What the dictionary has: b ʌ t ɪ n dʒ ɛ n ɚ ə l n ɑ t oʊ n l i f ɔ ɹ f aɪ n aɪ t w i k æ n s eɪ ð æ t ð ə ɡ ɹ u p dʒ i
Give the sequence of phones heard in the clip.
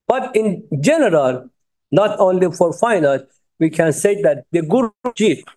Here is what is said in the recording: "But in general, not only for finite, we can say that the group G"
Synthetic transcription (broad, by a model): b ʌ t ɪ n dʒ ɛ n ɚ ə l n ɑ t oʊ n l i f ɔ ɹ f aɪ n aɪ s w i k æ n s eɪ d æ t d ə ɡ u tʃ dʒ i